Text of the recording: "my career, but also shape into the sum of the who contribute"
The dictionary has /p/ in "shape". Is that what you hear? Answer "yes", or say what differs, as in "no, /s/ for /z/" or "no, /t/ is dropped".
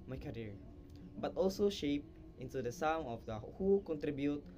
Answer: yes